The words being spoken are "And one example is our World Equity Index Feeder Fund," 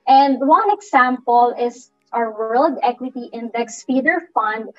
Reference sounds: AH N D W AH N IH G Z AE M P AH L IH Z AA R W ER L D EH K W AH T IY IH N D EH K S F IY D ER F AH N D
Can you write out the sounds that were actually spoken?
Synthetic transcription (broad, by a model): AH N D W AH N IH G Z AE M P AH L IH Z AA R W ER L D EH K W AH T IY IH N D EH K S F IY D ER F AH N D